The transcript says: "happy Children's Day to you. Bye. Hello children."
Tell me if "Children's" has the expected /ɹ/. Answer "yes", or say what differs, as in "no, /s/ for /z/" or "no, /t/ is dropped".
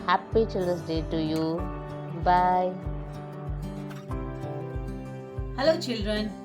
no, /ɹ/ is dropped